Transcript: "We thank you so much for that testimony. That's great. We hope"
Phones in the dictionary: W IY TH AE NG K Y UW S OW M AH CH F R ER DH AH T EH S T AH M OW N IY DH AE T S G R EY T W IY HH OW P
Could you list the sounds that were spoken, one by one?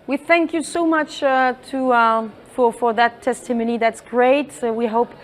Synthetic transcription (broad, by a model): W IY TH AE NG K Y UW S OW M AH CH F R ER DH AH T EH S T AH M OW N IY DH AE T S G R EY T W IY HH OW P